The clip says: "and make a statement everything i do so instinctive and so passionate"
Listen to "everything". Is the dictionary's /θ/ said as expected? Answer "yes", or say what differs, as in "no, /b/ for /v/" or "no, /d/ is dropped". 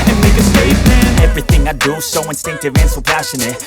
yes